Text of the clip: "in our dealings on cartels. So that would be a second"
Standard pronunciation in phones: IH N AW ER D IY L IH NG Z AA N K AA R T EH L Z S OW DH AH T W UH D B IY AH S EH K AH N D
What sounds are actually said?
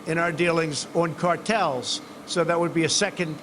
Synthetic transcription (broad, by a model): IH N AW ER D IY L IH NG Z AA N K AA R T EH L Z S OW DH AH T W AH D B IY AH S EH K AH N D